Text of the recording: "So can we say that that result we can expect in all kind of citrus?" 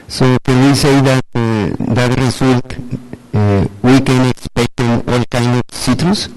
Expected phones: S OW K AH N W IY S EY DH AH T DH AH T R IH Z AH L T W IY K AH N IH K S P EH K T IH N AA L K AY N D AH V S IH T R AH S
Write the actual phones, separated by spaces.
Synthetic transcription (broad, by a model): S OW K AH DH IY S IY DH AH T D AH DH R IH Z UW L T W IY K AH N IH K S P EH K T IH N AA L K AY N AH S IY T R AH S